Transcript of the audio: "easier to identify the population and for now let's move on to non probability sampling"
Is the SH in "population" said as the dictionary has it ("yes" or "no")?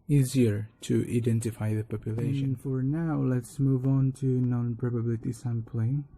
no